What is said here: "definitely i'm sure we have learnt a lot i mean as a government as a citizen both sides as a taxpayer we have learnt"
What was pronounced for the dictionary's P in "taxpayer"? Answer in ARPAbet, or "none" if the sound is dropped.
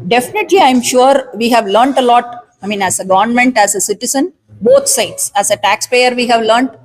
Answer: P